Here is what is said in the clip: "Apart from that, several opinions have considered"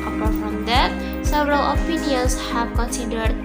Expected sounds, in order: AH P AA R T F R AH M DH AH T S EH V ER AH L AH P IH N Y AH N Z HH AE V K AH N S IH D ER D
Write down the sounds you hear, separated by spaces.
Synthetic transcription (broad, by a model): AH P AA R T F R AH M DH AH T S EH V ER AH L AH F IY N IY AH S HH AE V K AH N S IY D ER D